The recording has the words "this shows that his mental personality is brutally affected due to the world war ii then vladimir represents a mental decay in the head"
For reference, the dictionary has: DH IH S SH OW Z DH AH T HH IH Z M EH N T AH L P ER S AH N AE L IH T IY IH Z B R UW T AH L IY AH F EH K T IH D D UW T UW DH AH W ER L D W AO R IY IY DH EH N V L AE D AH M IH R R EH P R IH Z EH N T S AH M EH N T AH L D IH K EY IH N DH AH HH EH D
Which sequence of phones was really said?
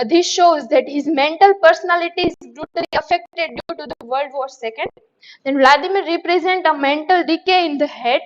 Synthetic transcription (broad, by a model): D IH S SH OW Z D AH T HH IH Z M EH N T AH L P ER S AH N AE L IH T IY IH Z B R UW T AH L IY AH F EH K T IH D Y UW T UW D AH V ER L D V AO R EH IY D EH N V L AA D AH M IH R R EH P R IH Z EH N T AH M EH N T AH L D IH K EY IH N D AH HH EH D